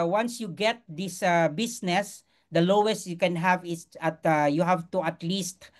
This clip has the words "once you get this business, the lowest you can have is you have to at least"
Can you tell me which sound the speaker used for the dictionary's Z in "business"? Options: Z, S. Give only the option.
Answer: S